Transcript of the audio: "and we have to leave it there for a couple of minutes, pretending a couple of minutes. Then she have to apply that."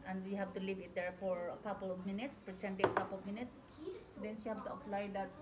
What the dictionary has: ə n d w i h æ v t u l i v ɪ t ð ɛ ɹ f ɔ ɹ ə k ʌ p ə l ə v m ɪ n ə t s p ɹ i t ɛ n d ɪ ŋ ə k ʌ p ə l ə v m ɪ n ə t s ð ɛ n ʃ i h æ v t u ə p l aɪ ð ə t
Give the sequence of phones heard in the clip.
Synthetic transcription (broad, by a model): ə n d w i h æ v t u l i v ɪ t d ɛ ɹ f ɔ ɹ ə k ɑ p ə l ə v m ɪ n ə t s p ɹ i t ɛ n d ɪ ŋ ə k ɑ p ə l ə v m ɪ n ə t s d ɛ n s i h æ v t u ə p l aɪ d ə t